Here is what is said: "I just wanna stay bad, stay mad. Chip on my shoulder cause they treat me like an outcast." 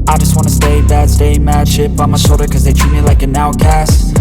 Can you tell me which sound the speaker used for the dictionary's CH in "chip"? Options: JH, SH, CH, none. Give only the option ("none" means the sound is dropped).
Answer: SH